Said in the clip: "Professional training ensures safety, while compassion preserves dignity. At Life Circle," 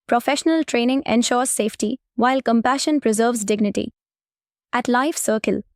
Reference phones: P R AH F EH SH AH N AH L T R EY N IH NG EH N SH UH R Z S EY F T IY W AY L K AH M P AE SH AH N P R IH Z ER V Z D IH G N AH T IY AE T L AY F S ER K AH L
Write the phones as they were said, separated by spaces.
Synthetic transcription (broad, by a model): P R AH F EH SH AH N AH L T R EY N IH NG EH N SH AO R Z S EY F T IY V AY L K AH M P AE SH AH N P R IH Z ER V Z D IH G N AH T IY AE T L AY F S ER K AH L